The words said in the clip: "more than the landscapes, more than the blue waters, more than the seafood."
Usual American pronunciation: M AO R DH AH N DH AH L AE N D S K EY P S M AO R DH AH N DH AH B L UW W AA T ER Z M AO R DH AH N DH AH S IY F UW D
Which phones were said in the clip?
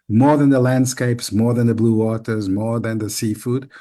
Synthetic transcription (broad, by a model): M AO R DH AH N DH AH L AE N D S K EY P S M AO R DH AH N DH AH B L UW W AA T ER Z M AO R DH AH N DH AH S IY F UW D